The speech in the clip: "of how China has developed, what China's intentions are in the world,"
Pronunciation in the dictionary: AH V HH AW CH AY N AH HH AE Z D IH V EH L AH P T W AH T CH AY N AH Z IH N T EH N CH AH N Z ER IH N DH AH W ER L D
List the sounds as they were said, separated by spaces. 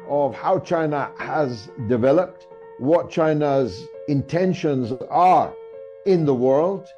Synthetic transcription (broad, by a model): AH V HH AW CH AY N AH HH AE Z D IH V EH L AH P T W AH T CH AY N AH Z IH N T EH N SH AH N Z ER IH N DH AH W ER L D